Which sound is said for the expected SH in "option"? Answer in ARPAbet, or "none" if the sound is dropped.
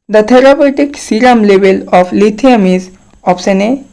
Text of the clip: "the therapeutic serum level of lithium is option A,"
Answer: S